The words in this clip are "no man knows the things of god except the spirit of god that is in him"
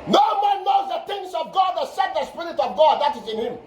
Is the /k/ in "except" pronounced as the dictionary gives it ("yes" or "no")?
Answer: no